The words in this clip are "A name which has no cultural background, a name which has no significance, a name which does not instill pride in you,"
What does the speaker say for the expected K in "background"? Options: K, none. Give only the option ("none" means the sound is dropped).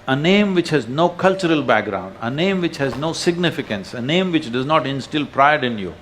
K